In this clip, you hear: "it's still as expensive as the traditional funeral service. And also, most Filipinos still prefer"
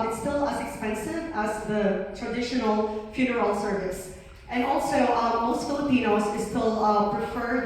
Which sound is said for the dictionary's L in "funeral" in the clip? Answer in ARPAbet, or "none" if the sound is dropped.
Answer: L